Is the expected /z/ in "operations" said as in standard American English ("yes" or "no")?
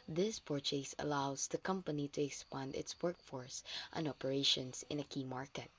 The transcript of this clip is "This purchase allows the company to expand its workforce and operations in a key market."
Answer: no